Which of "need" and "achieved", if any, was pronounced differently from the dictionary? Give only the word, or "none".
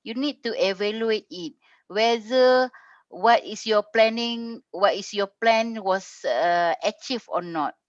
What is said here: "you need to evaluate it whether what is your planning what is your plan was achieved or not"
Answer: achieved